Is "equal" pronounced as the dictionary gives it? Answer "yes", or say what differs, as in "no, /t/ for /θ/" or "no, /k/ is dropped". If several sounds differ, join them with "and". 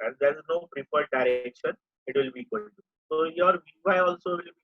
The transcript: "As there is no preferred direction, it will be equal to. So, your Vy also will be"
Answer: no, /n/ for /l/